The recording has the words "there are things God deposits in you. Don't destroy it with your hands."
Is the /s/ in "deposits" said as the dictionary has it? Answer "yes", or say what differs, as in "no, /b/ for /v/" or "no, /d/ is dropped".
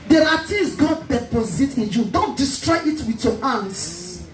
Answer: no, /s/ is dropped